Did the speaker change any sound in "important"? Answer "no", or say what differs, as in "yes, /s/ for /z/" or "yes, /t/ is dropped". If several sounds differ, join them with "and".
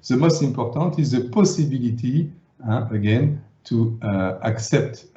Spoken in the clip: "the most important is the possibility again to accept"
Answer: yes, /m/ is dropped and /n/ is dropped